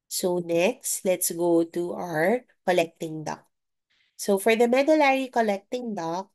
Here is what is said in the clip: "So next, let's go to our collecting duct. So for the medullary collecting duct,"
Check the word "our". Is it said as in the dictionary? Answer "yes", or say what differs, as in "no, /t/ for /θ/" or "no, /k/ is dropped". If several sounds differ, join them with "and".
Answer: yes